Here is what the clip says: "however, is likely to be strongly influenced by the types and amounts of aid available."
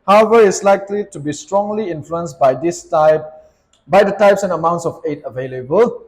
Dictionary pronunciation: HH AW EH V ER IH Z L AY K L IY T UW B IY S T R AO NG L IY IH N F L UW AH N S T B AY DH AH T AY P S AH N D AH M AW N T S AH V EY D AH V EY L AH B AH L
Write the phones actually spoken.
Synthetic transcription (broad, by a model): HH AW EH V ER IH S L AY K L IY T UW B IY S T R AO NG L IY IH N F L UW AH N S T B AY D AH T AY P S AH N AH M AW N T S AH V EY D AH V EY L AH B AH L